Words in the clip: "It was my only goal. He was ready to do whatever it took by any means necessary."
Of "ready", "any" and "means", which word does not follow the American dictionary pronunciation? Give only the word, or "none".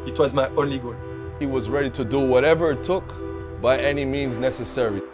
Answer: none